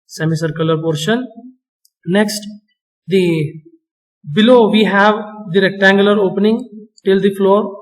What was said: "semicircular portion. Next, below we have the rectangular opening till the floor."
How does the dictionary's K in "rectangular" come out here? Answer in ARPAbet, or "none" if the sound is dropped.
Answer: K